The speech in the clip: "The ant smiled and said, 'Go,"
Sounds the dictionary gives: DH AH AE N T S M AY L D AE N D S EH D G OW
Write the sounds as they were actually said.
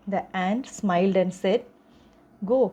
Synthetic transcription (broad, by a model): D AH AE N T S M AY L D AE N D S EH D G OW